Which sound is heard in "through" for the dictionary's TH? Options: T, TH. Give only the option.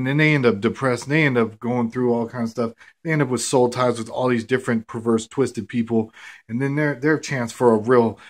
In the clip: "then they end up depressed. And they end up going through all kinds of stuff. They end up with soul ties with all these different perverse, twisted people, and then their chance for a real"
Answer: TH